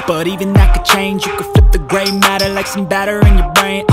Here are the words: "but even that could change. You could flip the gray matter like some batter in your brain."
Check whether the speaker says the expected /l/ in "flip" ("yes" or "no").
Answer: no